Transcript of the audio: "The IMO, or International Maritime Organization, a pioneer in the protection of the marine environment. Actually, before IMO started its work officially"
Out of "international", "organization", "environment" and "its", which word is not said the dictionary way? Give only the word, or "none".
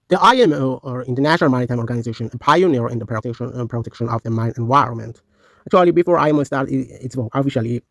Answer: none